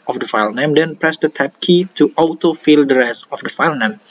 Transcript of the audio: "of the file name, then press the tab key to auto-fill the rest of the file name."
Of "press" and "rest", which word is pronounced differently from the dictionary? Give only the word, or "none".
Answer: rest